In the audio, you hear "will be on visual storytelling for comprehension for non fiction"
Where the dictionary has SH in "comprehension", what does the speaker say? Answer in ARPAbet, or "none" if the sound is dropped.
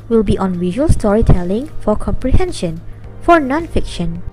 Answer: SH